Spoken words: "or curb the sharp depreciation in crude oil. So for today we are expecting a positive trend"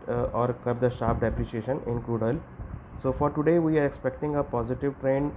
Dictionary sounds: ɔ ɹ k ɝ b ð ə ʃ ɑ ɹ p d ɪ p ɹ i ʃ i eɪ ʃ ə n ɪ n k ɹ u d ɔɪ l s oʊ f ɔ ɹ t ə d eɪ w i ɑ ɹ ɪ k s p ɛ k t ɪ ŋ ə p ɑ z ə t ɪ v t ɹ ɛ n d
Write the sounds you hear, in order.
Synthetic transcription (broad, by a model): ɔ ɹ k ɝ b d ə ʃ ɑ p d ɪ p ɹ i ʃ i eɪ ʃ ə n ɪ n k ɹ u d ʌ l s oʊ f ɔ ɹ t ə d eɪ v i ɑ ɹ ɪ k s p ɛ k t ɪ ŋ ə p ɑ z ə t ɪ v t ɹ ɛ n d